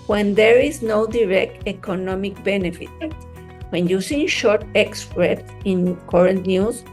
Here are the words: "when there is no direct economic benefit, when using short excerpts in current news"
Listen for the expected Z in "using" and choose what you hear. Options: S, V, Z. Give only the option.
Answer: S